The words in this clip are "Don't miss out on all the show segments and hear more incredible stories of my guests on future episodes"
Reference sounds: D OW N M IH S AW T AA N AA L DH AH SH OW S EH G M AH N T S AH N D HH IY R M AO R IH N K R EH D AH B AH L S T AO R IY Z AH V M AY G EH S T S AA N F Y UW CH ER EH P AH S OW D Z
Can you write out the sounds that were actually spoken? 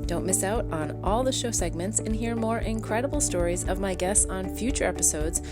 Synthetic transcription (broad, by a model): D OW N M IH S AW T N AA L DH AH SH OW S EH G M AH N T S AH N HH IY R M AO R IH N K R EH D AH B L S T AO R IY Z AH V M AY G EH S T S N F Y UW CH ER EH P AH S OW D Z